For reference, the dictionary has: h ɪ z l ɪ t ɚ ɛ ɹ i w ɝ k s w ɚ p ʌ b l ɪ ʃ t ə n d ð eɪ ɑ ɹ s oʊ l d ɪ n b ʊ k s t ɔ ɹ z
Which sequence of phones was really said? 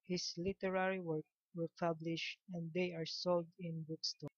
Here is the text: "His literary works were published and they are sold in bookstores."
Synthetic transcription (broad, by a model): h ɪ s l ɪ t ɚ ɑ ɹ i w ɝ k w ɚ p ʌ b l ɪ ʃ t ə n d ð eɪ ɑ ɹ s oʊ l d ɪ n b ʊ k s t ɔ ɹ